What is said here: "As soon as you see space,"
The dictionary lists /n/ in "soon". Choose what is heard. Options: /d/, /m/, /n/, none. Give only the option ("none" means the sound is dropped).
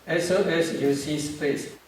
none